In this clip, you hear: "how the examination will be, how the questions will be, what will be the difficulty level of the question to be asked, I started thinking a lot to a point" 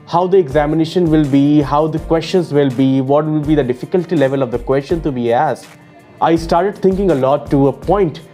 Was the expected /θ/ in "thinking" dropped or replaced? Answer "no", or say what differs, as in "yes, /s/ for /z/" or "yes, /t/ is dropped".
yes, /t/ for /θ/